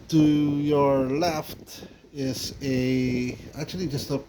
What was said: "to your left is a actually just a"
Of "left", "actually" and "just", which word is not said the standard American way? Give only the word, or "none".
none